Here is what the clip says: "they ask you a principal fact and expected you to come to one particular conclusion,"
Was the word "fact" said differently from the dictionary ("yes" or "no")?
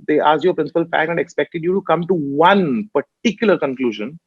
yes